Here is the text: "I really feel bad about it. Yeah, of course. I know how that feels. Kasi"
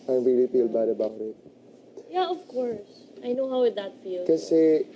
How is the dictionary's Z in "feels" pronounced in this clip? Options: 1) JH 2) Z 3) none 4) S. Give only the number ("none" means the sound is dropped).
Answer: 3